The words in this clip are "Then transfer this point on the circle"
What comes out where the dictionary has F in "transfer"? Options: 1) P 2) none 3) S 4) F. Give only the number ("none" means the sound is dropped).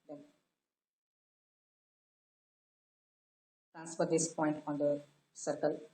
1